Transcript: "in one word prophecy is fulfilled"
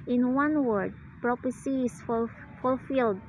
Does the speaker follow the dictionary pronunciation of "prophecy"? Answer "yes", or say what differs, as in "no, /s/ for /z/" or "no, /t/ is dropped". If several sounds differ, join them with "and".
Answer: no, /p/ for /f/